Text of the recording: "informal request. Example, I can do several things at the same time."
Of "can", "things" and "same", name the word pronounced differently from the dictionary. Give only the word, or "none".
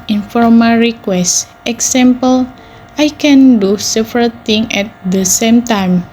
things